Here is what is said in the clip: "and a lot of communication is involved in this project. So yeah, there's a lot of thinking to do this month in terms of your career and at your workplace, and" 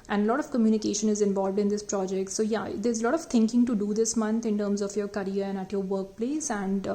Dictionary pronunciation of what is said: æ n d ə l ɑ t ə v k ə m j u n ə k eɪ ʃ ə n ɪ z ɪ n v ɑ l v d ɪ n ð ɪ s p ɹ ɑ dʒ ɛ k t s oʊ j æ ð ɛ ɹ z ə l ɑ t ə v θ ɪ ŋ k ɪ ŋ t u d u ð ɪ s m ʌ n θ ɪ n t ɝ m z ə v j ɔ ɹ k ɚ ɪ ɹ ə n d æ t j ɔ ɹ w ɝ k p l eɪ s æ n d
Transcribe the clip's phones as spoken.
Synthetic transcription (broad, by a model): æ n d ə l ɑ t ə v k ə m j u n ə k eɪ ʃ ə n ɪ z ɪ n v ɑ l v d ɪ n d ɪ s p ɹ ɑ dʒ ɛ k t s oʊ j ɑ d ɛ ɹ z ə l ɑ t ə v t ɪ ŋ k ɪ ŋ t u d u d ɪ s m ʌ n t ɪ n t ɝ m z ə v j ɔ ɹ k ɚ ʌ ɹ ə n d æ t j ɔ ɹ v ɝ k p l eɪ s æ n d